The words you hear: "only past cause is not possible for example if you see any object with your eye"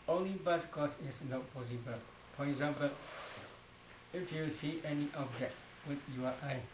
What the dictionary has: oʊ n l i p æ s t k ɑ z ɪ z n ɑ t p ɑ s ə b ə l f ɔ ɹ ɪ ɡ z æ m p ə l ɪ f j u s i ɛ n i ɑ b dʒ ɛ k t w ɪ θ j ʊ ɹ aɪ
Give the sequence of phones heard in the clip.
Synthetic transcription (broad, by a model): oʊ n l i b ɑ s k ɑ s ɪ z n ɑ t p ɑ s ə b ə l f ɔ ɹ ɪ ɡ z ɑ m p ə l ɪ f j u s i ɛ n i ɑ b dʒ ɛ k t w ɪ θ j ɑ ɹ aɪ